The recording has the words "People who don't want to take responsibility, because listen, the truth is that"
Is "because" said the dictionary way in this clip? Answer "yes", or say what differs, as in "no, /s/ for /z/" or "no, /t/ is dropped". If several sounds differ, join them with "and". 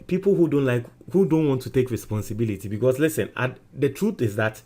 no, /s/ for /z/